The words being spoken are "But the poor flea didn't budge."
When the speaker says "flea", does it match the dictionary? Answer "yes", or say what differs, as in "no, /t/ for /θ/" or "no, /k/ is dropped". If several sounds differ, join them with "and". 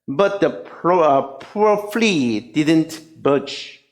yes